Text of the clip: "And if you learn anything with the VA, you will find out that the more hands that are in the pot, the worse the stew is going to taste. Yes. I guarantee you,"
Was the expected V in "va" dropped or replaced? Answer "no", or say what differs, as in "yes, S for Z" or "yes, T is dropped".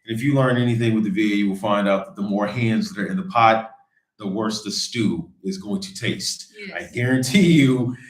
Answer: no